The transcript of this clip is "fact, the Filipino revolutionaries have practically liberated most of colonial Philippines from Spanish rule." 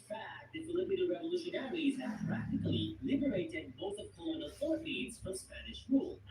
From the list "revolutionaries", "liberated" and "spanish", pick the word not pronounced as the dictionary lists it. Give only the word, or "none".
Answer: none